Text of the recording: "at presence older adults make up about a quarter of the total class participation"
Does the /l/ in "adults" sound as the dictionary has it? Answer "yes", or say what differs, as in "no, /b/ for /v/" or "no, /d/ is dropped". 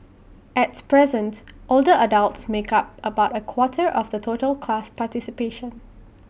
yes